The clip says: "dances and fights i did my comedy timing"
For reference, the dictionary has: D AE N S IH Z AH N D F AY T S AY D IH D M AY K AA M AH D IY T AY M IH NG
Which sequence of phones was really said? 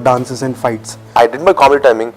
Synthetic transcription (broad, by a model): D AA N S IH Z AH N D F AY T S AY D IH D M AY K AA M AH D T AY M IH NG